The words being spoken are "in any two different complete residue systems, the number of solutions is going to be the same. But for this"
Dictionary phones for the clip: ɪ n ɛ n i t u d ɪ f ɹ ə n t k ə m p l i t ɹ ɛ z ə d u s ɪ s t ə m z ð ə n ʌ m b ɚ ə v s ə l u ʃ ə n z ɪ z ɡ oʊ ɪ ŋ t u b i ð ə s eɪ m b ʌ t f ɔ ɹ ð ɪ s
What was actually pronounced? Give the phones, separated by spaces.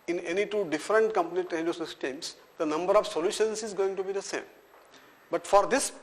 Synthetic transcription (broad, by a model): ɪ n ɛ n i t u d ɪ f ɹ ə n t k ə m p n i t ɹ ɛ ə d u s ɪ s t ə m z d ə n ʌ m b ɚ ə v s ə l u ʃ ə n s ɪ z ɡ oʊ ɪ ŋ t u b i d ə s eɪ m b ʌ t f ɔ ɹ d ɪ s